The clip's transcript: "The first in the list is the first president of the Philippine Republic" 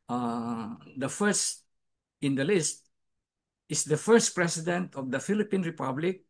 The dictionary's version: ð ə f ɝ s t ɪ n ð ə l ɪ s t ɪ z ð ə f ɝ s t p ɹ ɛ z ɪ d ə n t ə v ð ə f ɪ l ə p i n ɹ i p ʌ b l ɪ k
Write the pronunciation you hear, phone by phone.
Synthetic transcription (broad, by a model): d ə f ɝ s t ɪ n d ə l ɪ s t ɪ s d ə f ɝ s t p ɹ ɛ s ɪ d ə n t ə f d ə f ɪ l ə p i n ɹ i p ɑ b l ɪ k